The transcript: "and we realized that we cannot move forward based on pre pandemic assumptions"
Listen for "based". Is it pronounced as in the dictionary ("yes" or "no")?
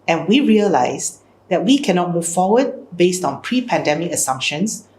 yes